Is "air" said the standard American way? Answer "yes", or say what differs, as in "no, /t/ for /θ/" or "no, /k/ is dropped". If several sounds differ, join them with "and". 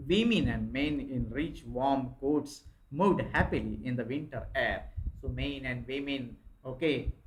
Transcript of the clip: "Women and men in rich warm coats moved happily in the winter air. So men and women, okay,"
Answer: yes